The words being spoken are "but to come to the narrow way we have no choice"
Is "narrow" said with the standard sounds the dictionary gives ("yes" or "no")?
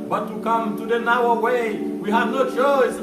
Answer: no